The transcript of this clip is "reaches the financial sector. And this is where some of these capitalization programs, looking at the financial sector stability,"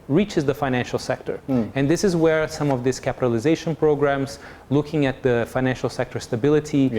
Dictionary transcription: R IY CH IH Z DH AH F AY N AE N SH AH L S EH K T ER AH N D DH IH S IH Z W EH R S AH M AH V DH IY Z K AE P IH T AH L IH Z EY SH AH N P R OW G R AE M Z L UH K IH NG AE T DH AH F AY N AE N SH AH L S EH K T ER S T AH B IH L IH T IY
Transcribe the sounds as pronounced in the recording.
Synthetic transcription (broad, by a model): R IY CH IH Z DH AH F AY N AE N SH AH L S EH K T ER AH N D DH IH S IH Z W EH R S AH M AH V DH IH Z K AE P IH T AH L IH Z EY SH AH N P R OW G R AE M Z L UH K IH NG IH T DH AH F AY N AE N SH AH L S EH K T ER S T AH B IH L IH T IY